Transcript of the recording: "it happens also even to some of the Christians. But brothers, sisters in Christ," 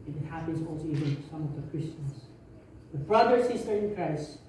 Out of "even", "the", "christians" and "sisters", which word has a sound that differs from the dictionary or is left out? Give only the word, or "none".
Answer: sisters